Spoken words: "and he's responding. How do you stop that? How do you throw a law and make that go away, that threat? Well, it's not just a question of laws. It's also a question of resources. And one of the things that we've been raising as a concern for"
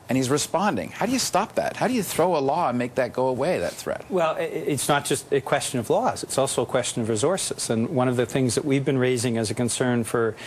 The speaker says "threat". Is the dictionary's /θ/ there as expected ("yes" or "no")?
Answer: yes